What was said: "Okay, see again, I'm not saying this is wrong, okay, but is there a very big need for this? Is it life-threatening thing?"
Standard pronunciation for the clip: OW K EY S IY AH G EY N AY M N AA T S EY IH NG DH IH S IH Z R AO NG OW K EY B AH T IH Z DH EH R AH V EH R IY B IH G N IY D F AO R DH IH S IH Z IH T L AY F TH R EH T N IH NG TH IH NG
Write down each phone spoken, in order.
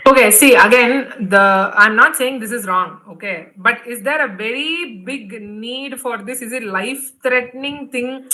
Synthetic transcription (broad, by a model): OW K EY S IY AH G EY N AY M N AA T S EY IH NG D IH S IH Z R AO NG OW K EY B AH T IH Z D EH R AH V EH R IY B IH G N IY D F AO R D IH S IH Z IH T L AY F T R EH T N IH NG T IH NG